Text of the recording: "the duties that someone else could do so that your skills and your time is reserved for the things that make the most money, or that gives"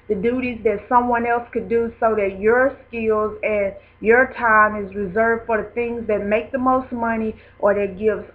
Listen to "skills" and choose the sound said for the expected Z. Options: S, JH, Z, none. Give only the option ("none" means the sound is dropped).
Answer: Z